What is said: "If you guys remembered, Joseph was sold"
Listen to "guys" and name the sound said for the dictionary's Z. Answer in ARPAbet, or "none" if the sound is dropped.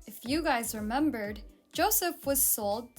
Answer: Z